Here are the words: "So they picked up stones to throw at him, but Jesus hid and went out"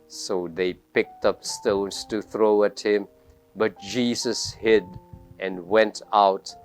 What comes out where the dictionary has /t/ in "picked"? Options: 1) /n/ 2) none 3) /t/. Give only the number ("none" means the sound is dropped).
3